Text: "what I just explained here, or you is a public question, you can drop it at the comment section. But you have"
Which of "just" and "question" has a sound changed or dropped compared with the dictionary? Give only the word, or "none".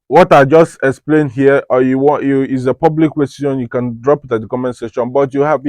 question